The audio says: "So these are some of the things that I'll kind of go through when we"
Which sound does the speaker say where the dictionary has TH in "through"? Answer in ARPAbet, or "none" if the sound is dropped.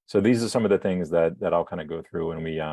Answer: TH